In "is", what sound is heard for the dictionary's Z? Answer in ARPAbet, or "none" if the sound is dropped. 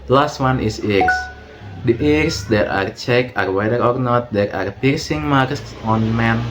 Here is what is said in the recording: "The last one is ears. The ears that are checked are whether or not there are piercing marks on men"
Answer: S